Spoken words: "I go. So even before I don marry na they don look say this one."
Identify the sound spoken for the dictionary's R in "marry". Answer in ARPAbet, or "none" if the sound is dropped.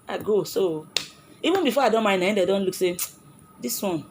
none